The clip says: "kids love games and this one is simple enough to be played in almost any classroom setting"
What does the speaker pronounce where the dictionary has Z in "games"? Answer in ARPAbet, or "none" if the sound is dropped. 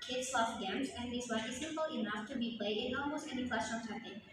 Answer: Z